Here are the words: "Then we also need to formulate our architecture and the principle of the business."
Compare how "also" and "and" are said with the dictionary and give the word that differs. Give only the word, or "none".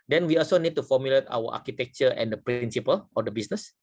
none